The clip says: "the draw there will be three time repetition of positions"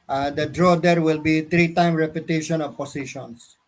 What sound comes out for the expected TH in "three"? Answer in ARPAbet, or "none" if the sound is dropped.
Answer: T